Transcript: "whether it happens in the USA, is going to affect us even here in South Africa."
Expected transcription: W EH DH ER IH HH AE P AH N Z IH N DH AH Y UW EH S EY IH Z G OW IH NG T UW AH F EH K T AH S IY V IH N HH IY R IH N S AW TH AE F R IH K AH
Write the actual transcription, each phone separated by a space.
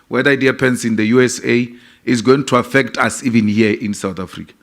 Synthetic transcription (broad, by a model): W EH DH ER IH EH P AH N S IH N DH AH Y UW EH S EY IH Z G OW IH NG T UW AH F EH K T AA S IY V IH N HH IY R IH N S AW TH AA F R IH K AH